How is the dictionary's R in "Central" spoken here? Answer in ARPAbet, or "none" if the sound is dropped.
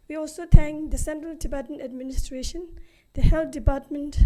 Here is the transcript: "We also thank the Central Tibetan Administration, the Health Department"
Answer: R